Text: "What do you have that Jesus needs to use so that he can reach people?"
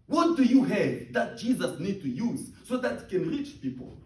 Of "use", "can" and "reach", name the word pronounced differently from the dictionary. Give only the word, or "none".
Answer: none